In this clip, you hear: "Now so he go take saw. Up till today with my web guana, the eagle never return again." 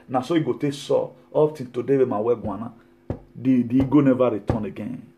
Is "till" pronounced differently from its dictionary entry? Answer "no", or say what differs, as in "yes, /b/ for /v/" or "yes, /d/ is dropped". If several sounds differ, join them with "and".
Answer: yes, /n/ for /l/